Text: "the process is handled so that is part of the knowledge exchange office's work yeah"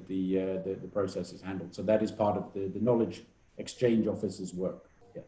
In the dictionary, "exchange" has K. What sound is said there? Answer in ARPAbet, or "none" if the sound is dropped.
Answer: K